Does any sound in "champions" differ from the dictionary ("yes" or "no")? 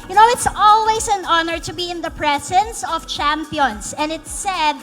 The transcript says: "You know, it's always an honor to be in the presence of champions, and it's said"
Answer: yes